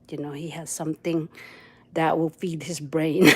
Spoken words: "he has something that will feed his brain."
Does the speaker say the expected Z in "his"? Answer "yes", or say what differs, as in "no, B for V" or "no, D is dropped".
yes